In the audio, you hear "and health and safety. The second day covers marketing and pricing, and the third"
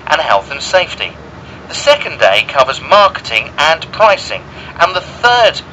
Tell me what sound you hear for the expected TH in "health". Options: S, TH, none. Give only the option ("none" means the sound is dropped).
TH